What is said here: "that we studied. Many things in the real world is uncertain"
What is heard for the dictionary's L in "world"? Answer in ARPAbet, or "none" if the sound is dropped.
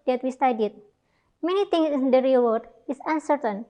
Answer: none